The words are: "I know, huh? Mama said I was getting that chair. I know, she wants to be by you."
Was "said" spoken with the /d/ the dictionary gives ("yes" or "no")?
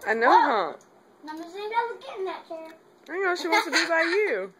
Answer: no